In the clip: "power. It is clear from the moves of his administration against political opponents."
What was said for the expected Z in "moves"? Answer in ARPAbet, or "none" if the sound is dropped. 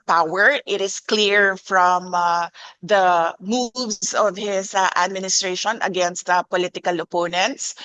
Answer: S